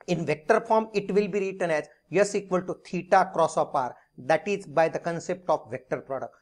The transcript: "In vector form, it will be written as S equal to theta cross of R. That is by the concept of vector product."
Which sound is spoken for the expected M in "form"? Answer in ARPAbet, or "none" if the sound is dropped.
M